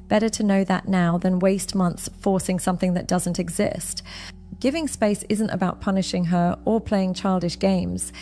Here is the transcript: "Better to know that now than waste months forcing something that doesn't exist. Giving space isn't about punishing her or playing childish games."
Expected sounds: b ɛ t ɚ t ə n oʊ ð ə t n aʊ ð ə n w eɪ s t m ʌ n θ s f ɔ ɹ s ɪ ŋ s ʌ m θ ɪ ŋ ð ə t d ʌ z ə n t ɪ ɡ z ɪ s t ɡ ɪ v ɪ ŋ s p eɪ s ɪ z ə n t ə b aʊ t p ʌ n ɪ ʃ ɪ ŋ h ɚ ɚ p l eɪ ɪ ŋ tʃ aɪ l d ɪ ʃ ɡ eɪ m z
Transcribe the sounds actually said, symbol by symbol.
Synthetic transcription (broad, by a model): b ɛ t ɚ t ə n oʊ ð ə t n aʊ ð ə n w eɪ s t m ʌ n θ s f ɔ ɹ s ɪ ŋ s ʌ m θ ɪ ŋ ð ə t d ʌ z ə n t ɪ ɡ z ɪ s t ɡ ɪ v ɪ ŋ s p eɪ s ɪ z ə n t ə b aʊ t p ʌ n ɪ ʃ ɪ ŋ ɚ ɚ p l eɪ ɪ ŋ tʃ aɪ l d ɪ ʃ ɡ eɪ m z